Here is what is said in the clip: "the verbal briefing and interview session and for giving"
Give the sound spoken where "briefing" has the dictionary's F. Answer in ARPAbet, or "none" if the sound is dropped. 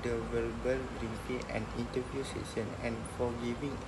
P